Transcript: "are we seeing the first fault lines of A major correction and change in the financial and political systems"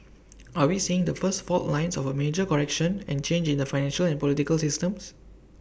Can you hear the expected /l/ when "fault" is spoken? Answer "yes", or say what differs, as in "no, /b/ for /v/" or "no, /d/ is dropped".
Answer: no, /l/ is dropped